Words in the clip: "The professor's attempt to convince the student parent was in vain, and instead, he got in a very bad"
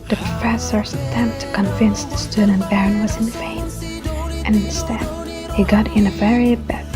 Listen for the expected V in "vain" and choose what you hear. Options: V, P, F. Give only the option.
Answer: F